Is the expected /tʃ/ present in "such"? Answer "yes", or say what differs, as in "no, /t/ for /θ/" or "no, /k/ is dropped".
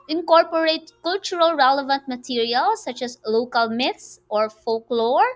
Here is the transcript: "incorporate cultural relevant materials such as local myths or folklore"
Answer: yes